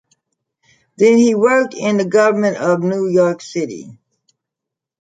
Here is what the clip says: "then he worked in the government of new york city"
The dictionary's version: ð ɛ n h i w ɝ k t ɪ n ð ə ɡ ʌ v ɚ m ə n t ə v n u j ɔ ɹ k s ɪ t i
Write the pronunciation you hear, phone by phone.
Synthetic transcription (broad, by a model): ð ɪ n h i w ɝ k t ɪ n ð ə ɡ ʌ v ɚ m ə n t ə v n u j ɔ ɹ k s ɪ t i